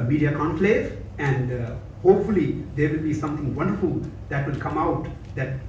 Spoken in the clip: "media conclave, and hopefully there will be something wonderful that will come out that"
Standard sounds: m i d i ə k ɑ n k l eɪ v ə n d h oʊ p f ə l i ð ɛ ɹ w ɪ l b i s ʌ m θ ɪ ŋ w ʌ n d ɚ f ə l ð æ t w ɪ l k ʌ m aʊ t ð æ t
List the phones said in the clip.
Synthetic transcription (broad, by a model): m i d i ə k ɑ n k l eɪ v ə n d h oʊ p f ə l i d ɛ ɹ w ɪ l b i s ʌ m t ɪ ŋ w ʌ n d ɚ f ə l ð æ t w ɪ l k ʌ m aʊ t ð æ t